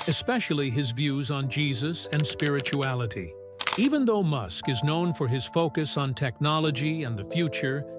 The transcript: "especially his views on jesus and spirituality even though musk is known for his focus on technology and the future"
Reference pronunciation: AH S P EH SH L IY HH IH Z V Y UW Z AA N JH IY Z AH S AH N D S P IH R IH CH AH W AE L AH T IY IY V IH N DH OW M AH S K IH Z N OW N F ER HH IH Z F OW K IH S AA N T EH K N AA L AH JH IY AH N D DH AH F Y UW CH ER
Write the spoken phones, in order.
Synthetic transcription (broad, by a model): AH S P EH SH L IY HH IH Z V Y UW Z N JH IY Z AH S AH N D S P IH R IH CH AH AE L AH T IY IY V IH N DH OW M AH S K IH Z N OW N F ER IH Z F OW K IH S N T EH K N AA L AH JH IY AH N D DH AH F Y UW CH ER